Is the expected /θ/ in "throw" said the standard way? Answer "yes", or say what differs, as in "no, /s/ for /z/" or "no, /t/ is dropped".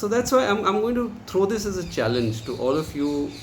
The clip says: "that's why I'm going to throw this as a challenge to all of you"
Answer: no, /t/ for /θ/